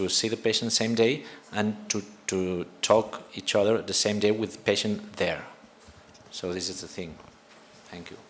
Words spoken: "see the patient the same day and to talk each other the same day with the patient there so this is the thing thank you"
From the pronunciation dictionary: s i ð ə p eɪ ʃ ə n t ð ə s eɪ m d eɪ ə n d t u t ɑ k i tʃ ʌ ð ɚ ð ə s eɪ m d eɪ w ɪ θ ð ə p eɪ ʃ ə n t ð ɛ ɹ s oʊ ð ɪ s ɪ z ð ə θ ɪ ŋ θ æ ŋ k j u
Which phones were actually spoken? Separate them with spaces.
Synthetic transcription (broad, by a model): s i ð ə p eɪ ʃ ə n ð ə s eɪ m d eɪ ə n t t u t ɑ k i tʃ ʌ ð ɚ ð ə s eɪ m d eɪ w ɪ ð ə p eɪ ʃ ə n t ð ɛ ɹ s oʊ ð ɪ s ɪ z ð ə θ ɪ ŋ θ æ ŋ k j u